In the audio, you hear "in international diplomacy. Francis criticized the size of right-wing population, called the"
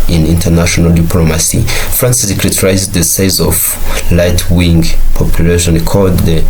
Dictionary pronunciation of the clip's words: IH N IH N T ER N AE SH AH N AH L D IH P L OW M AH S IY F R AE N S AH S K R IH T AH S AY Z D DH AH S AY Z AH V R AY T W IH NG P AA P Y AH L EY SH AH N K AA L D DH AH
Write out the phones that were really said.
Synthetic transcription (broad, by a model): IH N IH N T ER N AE SH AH N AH L D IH P L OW M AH S IY F R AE N S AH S K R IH T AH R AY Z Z DH AH S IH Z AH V L AY T W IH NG P AA P Y AH L EY SH AH N K AA L D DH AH